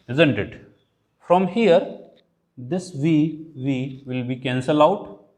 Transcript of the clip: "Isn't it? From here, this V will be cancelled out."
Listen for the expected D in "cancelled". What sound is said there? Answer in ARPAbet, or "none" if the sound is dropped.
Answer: none